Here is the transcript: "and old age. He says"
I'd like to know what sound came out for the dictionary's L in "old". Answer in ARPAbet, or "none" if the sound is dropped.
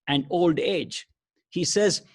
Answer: L